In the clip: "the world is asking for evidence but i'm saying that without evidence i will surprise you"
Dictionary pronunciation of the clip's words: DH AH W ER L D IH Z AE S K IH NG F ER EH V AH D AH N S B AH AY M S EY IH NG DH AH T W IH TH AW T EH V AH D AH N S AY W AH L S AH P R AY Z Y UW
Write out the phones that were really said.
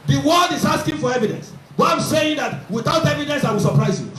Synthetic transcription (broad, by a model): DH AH W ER D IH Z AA S K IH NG F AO EH V AH D AH N S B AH AY M S EY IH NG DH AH T W IH TH AW T EH V AH D AH N S AY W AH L S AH P R AY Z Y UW